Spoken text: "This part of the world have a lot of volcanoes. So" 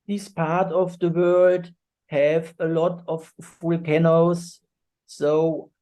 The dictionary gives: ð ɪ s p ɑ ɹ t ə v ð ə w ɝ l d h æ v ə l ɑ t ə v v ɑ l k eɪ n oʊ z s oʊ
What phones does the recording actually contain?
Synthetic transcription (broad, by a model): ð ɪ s p ɑ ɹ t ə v ð ə w ɝ l d h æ v ə l ɑ t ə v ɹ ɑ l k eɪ n oʊ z s oʊ